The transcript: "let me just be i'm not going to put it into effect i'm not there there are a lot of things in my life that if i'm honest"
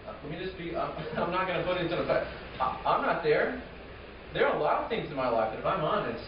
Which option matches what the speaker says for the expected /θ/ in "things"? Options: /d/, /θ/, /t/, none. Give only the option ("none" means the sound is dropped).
/θ/